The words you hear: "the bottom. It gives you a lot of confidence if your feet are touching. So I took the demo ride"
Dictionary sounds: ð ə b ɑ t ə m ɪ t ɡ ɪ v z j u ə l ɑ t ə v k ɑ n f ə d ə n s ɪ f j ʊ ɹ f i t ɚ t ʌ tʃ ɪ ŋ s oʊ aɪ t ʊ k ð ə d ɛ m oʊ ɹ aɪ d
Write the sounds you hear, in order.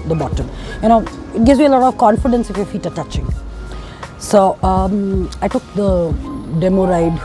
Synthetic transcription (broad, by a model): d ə b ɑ t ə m ɪ t ɡ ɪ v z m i ə l ɑ t ə v k ɑ n f ə d ə n s ɪ f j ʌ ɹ f i t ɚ t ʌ tʃ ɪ ŋ s oʊ aɪ t ʊ k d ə d ɛ m oʊ ɹ aɪ d